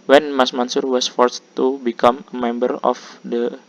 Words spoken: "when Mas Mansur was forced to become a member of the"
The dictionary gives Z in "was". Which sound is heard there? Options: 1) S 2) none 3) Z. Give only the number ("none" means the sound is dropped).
1